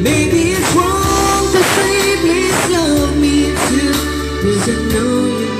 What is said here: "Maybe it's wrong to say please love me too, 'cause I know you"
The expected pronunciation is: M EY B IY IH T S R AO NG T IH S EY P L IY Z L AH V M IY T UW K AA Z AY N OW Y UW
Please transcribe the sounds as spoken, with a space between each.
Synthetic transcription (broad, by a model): M EY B IY IH T S W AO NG T IH S EY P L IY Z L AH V M IY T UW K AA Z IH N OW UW